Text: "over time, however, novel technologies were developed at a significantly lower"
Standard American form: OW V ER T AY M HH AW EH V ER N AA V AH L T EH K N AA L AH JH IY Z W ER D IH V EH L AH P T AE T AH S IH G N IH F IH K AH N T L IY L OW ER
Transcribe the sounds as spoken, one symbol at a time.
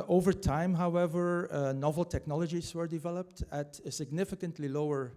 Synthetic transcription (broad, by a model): OW V ER T AY M HH AW EH V ER N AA V L T EH K N AA L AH JH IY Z W ER D IH V EH L AH P T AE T AH S IH G N IH F IH K AH N T L IY L OW ER